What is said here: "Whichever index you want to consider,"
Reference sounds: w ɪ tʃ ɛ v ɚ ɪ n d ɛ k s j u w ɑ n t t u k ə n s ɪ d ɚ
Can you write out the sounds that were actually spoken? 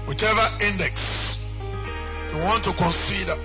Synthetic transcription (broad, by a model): w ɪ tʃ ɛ v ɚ ɪ n d ɛ k s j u w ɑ n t t u k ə n s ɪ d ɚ